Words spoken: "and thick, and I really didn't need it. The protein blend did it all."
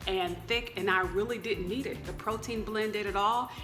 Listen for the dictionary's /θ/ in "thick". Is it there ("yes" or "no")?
yes